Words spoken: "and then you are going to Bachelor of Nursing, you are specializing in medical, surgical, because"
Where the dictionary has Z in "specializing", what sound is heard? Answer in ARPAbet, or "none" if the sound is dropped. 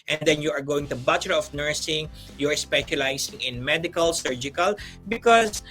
S